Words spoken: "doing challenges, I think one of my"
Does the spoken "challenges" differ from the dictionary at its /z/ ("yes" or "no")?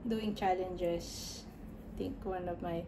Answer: yes